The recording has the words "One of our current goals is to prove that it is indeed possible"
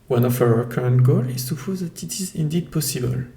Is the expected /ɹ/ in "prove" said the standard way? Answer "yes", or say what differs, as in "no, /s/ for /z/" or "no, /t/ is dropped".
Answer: no, /ɹ/ is dropped